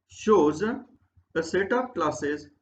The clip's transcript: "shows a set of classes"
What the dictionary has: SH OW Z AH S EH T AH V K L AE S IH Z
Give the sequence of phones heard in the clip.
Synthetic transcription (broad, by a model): SH OW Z AH S EH T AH P K L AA S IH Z